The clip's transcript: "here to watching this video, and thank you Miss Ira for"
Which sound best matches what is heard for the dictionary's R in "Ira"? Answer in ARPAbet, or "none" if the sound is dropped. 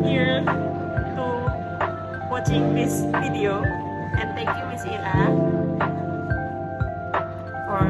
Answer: L